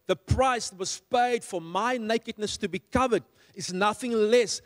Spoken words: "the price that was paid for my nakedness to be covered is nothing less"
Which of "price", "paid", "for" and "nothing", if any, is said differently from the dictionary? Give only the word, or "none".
none